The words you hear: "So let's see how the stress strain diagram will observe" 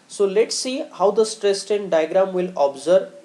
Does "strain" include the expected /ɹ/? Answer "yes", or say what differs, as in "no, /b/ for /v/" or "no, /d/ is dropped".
no, /ɹ/ is dropped